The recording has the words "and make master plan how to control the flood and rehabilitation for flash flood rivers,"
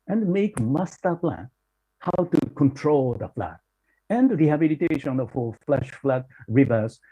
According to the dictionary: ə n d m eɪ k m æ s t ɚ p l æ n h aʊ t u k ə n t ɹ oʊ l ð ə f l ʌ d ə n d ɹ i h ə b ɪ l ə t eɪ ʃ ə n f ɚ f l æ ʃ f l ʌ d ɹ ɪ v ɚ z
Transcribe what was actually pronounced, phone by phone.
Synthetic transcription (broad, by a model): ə n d m eɪ k m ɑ s t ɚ p l æ n h aʊ t u k ə n t ɹ oʊ l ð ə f l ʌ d ə n d ɹ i h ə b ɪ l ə t eɪ ʃ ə n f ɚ f l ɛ ʃ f l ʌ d ɹ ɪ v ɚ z